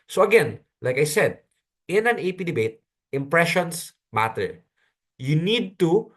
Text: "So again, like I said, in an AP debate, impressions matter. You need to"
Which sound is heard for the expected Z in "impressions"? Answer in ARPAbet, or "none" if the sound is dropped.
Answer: S